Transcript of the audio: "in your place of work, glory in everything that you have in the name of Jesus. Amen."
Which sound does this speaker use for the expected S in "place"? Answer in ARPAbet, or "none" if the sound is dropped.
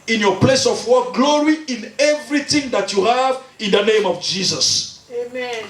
S